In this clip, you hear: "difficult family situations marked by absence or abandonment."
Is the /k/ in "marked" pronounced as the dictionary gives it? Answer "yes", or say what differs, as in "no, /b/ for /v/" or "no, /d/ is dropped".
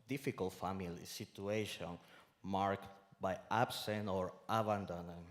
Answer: yes